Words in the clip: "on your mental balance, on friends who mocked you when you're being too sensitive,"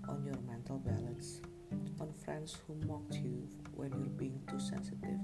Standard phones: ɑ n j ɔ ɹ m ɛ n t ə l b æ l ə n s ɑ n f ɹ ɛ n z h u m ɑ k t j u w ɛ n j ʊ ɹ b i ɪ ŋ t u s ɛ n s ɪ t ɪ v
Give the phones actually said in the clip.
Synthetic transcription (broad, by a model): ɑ n j ɔ ɹ m ɛ n t ə l b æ l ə n s ɑ n f ɹ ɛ n s h u m ɑ k t j u w ɛ n j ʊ ɹ b i ɪ ŋ t u s ɛ n s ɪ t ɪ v